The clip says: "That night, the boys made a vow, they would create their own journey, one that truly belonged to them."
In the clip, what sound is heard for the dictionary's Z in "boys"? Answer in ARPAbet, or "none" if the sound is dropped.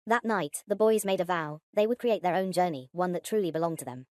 Z